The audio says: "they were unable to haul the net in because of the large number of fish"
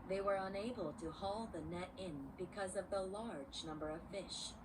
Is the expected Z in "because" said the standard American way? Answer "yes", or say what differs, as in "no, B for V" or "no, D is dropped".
yes